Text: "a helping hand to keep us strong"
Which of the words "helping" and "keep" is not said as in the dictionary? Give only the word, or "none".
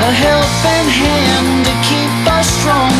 helping